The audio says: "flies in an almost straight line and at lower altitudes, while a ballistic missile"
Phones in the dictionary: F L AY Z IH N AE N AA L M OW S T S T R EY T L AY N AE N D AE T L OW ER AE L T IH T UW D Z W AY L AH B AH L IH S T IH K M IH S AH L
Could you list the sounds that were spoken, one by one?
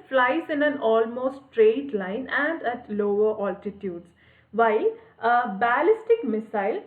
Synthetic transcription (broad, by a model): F L AY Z IH N AE N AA L M OW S S T R EY T L AY N AE N D AE T L OW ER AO L T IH T UW D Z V AY L AH B AH L IH S T IH K M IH S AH L